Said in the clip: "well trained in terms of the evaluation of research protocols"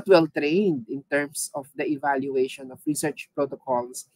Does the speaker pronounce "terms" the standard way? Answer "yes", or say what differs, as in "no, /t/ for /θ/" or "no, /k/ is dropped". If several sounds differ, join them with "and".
no, /s/ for /z/